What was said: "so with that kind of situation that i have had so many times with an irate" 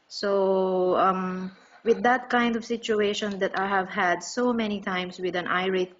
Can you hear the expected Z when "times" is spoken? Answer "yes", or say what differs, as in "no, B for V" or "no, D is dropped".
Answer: no, S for Z